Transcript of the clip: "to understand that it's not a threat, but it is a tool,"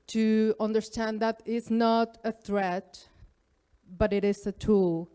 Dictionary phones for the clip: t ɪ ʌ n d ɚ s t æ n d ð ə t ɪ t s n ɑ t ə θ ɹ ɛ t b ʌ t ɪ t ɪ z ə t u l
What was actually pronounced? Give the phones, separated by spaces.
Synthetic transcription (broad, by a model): t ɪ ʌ n d ɚ s t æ n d ð ə t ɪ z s n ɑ t ə θ ɹ ɛ t b ʌ t ɪ t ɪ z ə t u l